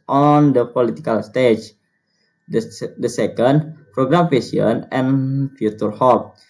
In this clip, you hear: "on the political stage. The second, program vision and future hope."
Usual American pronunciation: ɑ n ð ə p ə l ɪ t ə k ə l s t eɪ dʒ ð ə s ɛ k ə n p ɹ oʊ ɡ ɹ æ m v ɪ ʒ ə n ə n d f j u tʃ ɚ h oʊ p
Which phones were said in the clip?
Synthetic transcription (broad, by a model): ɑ n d ə p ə l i t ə k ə l s t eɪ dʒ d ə s ɛ k ə n p ɹ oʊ ɡ ɹ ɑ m f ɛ s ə n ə n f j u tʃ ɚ h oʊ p